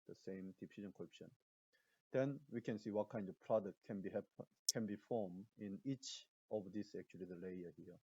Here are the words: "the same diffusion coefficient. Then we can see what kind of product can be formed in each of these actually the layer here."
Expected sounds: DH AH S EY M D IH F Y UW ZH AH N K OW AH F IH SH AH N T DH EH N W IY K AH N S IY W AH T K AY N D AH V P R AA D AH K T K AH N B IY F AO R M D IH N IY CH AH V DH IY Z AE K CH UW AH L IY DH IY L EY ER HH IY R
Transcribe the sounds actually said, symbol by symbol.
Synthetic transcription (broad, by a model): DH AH S EY M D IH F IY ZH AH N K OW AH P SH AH N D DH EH N W IY K AH N S IY W AH T K AY N D AH V P R AA D AH K T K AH N B IY F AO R M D IH N IY CH AH V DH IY S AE K CH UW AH L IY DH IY L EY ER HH IY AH